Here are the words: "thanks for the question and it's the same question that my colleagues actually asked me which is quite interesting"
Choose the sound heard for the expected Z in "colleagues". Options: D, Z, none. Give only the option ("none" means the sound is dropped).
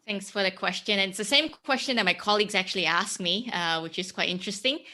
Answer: Z